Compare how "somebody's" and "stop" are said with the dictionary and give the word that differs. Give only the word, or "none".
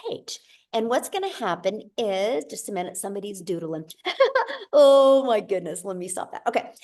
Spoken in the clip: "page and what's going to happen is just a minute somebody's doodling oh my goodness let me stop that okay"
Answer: none